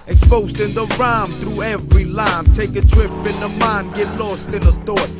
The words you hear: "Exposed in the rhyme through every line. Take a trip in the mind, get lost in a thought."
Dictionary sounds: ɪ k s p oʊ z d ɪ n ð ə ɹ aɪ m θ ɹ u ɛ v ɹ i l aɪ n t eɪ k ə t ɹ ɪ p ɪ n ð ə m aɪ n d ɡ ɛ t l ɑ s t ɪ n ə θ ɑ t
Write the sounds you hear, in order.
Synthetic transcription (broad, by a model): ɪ k s p oʊ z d ɪ n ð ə ɹ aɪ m θ ɹ u ɛ v ɹ i l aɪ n t eɪ k ə t ɹ ɪ p ɪ n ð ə m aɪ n ɡ ɛ t l ɑ s t ɪ n ə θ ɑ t